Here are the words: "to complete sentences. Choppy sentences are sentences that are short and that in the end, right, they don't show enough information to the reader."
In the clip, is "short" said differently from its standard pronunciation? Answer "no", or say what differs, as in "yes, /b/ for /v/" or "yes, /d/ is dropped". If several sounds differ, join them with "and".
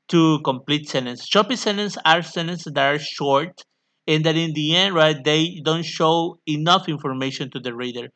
no